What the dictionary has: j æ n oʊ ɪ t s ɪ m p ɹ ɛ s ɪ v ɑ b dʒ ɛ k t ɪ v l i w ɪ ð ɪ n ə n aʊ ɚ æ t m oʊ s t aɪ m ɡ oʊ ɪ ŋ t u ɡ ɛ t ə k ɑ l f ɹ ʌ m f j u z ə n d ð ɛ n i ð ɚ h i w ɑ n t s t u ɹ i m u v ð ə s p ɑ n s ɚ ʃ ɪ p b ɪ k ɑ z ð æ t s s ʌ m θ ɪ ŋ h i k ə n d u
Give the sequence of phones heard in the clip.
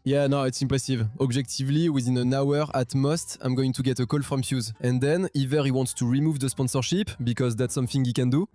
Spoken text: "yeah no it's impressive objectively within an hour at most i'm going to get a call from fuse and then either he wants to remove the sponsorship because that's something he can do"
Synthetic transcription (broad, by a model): j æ n oʊ ɪ t s ɪ m p ɹ ɛ s ɪ v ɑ b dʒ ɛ k t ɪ v l i w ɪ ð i n ə n aʊ ɚ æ t m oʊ s t aɪ m ɡ oʊ ɪ ŋ t u ɡ ɛ t ə k ɑ l f ɹ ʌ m f j u z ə n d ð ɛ n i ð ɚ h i w ɑ n t s t u ɹ i m u v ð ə s p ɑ n s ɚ ʃ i p b ɪ k ɑ z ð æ t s s ʌ m θ ɪ ŋ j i k ə n d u